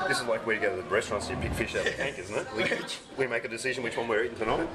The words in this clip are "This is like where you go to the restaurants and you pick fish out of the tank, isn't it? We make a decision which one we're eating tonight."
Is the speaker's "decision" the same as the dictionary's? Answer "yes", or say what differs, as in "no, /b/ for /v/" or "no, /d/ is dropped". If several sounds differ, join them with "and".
yes